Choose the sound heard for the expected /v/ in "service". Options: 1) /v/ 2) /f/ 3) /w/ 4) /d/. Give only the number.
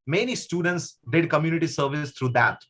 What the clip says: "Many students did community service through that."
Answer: 1